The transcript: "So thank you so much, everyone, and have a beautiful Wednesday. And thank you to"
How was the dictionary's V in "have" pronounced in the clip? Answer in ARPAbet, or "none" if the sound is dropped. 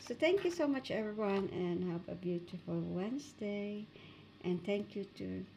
P